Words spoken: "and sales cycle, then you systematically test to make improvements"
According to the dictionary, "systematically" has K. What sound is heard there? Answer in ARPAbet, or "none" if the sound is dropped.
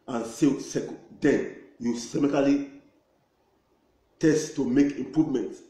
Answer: none